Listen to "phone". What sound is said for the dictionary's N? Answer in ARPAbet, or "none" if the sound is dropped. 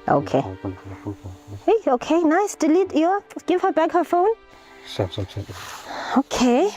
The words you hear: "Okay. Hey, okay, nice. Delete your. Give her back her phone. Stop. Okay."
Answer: N